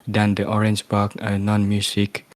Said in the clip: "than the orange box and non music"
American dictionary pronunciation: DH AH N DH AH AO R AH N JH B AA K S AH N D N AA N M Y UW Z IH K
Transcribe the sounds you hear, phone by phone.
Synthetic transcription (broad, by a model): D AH N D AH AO R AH N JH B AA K AH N N AA N M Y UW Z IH K